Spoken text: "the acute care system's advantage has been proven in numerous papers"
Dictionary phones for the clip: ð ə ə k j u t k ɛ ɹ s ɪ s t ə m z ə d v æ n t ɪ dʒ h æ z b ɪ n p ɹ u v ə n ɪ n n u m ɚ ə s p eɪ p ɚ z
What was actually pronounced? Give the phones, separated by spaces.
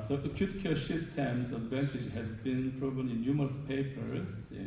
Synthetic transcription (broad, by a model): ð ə ə k j u t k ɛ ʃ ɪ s t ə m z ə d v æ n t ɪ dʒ h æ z b ɪ n p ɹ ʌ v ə l ɪ n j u m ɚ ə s p eɪ p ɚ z